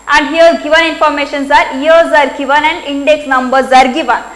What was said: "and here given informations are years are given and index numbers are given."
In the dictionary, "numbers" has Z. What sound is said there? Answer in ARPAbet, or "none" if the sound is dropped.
Z